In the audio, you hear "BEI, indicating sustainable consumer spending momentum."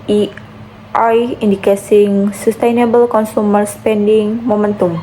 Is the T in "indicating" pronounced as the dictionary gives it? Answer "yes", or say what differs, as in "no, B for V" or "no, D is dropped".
no, S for T